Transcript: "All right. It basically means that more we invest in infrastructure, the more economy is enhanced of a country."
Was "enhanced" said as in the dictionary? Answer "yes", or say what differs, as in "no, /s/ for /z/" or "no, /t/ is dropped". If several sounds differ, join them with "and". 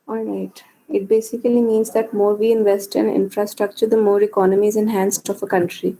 yes